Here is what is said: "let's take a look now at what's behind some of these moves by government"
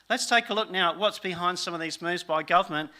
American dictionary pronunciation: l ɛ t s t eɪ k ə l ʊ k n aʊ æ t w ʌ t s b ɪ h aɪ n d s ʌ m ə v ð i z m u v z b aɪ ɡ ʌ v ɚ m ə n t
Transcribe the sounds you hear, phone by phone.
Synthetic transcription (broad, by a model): l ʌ t s t eɪ k ə l ʊ k n aʊ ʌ t w ʌ t s b ɪ h aɪ n d s ʌ m ə v ð i z m u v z b aɪ ɡ ʌ v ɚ m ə n t